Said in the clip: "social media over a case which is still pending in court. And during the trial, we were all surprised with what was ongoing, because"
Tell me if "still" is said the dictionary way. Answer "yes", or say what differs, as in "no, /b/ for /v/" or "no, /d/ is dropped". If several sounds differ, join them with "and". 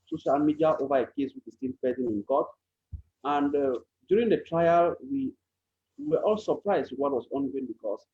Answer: no, /n/ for /l/